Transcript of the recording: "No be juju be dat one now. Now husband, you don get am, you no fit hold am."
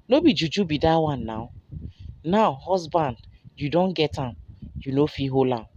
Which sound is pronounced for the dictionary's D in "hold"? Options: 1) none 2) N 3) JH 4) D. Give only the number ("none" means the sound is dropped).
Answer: 1